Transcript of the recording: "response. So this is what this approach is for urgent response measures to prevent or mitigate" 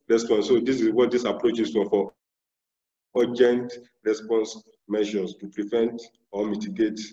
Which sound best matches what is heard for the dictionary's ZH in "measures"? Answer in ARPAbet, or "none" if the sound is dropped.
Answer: SH